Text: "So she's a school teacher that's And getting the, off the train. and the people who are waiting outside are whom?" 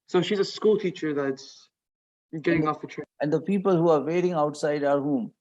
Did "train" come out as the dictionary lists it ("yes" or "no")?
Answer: no